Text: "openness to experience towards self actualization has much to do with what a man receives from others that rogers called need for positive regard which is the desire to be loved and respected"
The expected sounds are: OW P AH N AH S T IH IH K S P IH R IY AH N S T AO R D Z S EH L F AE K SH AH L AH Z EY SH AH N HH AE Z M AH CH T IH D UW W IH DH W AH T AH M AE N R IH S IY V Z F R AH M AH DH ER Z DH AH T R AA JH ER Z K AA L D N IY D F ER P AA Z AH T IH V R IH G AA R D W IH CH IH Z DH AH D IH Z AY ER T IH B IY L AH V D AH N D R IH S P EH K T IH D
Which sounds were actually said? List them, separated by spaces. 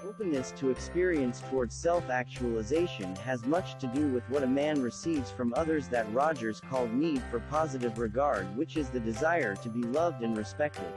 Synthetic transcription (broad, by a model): OW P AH N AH S T IH IH K S P IH R IY AH N S T AO R D Z S EH L F AE K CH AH L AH Z EY SH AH N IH Z M AH CH T IH D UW W IH DH W AH T AH M AE N R IH S IY V Z F R AH M AH DH ER Z DH AH T R AA JH ER Z K AA L D N IY D F ER P AA Z AH T IH V R IH G AA R D W IH CH IH Z DH AH D IH Z AY ER T IH B IY L AH V D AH N R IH S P EH K T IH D